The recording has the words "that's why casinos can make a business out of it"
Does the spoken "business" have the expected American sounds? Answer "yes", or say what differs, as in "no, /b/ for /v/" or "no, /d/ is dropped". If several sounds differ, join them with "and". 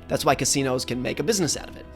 yes